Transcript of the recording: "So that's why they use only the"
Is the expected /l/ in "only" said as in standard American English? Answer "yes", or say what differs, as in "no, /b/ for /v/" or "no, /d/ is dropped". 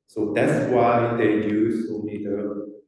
no, /l/ is dropped